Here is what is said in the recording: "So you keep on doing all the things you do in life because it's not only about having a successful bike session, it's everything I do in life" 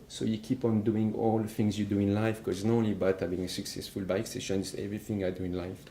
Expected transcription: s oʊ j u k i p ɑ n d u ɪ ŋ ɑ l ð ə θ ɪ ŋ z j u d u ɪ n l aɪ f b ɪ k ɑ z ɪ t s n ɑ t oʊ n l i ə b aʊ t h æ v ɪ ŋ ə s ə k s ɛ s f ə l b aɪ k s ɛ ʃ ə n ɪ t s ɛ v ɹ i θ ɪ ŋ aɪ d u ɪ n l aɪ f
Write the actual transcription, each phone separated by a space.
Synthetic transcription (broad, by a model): s oʊ j u k i p ɑ n d u ɪ ŋ ɑ l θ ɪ ŋ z j u d u ɪ n l aɪ f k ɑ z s n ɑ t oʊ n l i b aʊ t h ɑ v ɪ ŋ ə s ə k s ɛ s f ə l b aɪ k s ɛ ʃ ə n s ɛ v ɹ i θ ɪ ŋ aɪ d u ɪ n l aɪ f